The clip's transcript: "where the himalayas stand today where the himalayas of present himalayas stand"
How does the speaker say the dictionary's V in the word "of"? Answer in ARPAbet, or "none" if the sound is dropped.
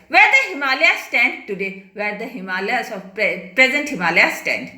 P